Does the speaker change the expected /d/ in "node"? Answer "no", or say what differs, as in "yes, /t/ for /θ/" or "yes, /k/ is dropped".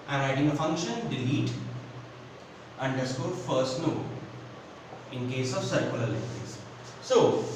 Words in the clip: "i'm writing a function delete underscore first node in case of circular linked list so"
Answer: yes, /d/ is dropped